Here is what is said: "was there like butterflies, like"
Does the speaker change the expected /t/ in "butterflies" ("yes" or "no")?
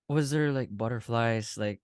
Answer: no